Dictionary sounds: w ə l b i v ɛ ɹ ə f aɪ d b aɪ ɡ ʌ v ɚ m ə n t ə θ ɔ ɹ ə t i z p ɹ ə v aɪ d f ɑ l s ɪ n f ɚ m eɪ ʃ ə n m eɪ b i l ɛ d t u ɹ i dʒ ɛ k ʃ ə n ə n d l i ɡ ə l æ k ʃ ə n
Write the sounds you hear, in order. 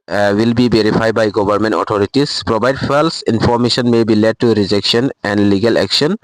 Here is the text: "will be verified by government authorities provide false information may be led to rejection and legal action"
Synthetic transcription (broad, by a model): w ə l b i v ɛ ɹ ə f aɪ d b aɪ ɡ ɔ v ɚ m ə n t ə t ɔ ɹ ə t i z p ɹ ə b aɪ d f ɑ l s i n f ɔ m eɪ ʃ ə n m eɪ b i l ɛ d t u ɹ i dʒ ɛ k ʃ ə n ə n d l i ɡ ə l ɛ k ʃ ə n